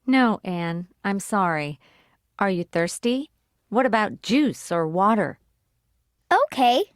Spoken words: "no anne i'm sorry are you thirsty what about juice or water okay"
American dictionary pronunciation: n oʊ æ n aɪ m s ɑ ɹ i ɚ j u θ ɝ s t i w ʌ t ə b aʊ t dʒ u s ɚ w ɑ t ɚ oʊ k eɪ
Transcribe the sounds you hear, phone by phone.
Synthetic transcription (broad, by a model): n oʊ æ n aɪ m s ɑ ɹ i ɚ j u θ ɝ s t i w ʌ t ə b aʊ t dʒ u s ɚ w ɑ t ɚ oʊ k eɪ